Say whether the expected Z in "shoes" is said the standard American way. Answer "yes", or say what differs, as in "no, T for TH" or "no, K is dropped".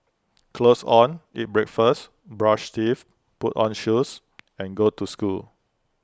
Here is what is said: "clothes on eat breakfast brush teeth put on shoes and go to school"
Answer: no, S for Z